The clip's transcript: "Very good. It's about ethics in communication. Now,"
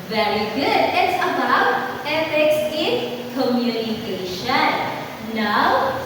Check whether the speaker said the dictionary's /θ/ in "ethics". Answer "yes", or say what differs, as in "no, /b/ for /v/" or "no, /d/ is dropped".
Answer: no, /f/ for /θ/